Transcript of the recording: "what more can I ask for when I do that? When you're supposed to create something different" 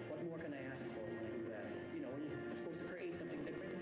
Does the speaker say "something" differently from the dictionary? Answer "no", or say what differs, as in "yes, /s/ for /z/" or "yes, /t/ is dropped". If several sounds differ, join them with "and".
no